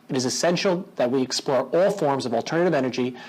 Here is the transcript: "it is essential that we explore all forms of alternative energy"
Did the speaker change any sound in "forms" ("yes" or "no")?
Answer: no